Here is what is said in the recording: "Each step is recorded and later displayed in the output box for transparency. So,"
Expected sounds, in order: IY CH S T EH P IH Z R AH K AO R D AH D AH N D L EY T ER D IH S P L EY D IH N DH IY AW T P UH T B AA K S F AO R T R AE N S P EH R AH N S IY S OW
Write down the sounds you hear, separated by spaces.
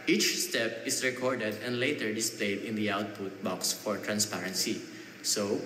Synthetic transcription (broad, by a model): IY CH S T EH P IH S R AH K AO R D AH D AH N D L EY T ER D IH S P L EY D IH N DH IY AW T P UH T B AA K S F AO R T R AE N S P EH R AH N S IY S OW